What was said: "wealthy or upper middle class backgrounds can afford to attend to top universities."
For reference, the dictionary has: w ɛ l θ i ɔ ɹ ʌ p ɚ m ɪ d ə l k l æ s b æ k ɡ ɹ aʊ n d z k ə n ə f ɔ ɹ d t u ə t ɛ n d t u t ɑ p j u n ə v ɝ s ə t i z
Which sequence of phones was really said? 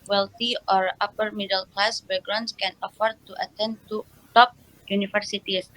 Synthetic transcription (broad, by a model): w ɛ l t i ɔ ɹ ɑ p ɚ m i d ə l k l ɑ s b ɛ ɡ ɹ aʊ n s k ə n ə f ɔ ɹ d t u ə t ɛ n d t u t ɑ p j u n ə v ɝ s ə t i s